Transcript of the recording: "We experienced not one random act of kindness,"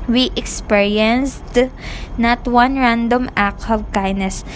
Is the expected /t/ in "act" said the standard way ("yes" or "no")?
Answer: no